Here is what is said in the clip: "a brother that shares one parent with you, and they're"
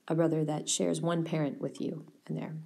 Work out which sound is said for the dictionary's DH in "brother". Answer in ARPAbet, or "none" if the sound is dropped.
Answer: DH